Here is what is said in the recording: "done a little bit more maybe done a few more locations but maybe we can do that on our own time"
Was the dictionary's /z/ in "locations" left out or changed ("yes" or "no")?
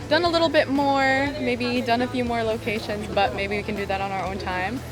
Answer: no